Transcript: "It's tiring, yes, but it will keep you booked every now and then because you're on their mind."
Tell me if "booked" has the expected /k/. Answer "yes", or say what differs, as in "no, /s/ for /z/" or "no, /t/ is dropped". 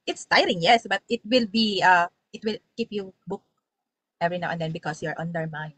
yes